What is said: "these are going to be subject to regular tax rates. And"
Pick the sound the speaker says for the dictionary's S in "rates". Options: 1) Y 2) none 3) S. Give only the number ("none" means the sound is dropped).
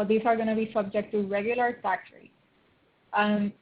2